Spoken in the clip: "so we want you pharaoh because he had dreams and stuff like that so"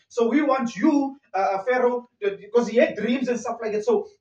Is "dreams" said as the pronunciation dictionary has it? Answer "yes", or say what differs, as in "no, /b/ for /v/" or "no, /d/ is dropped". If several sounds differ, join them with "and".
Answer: yes